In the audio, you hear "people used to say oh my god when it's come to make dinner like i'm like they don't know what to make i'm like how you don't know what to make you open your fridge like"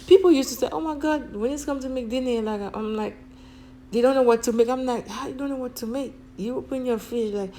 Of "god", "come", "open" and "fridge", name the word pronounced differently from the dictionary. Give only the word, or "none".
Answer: fridge